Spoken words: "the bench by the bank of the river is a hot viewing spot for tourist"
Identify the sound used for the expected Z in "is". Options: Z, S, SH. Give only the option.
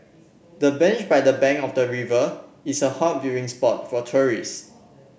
S